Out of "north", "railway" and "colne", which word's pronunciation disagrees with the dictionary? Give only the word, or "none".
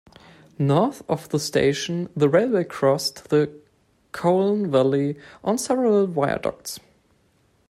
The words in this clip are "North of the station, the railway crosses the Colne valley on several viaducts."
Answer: none